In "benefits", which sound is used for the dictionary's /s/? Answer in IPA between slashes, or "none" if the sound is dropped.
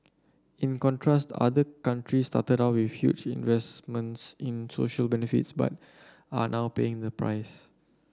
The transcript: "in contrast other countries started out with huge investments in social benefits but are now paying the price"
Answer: /s/